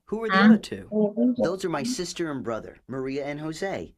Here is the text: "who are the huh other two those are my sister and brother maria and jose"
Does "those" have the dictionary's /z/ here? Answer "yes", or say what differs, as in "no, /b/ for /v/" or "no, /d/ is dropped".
yes